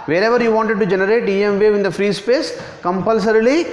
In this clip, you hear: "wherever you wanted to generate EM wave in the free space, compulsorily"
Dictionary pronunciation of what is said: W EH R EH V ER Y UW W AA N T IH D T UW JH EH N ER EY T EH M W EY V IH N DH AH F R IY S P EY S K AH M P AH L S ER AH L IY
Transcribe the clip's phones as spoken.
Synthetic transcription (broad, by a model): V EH R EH V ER Y UW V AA N T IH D T UW JH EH N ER EY T EH M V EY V IH N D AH F R IY S P EY S K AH M P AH L S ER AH L IY